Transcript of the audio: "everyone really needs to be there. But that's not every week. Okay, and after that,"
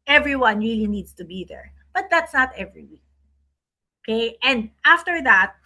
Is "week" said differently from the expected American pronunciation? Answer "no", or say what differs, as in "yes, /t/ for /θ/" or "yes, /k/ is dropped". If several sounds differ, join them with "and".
yes, /k/ is dropped